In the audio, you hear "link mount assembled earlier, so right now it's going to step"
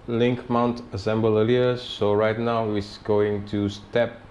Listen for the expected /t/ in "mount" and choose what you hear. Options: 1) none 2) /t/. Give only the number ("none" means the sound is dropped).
2